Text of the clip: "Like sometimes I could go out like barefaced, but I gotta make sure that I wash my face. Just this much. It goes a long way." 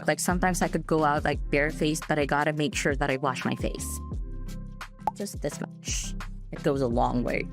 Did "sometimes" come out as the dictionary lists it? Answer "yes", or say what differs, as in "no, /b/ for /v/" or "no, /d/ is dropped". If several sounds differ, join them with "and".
yes